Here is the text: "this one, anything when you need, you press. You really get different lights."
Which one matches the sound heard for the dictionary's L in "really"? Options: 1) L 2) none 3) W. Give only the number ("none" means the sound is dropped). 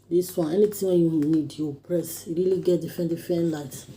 1